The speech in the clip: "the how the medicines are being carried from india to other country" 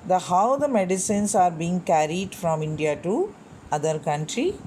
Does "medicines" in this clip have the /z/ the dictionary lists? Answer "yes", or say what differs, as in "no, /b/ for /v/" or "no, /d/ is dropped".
no, /s/ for /z/